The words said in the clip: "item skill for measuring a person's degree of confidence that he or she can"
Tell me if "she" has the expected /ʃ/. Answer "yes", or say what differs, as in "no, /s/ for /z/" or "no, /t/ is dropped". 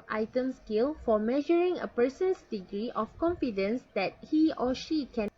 yes